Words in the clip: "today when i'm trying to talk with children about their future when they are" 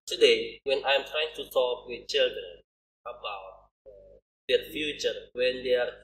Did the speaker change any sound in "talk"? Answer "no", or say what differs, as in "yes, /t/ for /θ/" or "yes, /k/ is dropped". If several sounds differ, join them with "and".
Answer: yes, /s/ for /t/